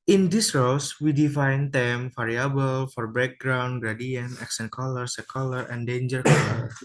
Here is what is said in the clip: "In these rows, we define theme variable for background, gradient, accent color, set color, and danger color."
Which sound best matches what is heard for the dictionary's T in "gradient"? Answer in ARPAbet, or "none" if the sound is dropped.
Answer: none